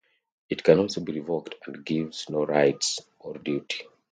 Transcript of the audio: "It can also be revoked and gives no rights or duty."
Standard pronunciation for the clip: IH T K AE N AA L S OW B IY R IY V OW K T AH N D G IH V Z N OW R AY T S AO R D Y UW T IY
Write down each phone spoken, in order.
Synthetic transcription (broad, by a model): IH T K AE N AA L S OW B IY R IY V OW K T AH N D G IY V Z N OW R AY T S AO R D Y UW T IY